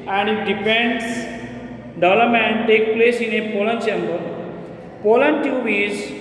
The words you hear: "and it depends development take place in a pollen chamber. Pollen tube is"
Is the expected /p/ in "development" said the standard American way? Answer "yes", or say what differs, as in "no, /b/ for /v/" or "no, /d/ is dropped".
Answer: no, /p/ is dropped